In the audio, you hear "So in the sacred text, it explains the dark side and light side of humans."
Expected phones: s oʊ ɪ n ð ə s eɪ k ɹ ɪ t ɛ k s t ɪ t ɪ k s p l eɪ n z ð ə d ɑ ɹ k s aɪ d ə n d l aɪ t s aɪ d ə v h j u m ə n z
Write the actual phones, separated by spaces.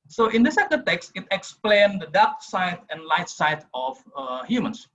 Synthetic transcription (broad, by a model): s oʊ ɪ n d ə s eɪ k ɪ t ɛ k s t ɪ t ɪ k s p l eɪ n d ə d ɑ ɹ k s aɪ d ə n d l aɪ t s aɪ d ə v h j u m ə n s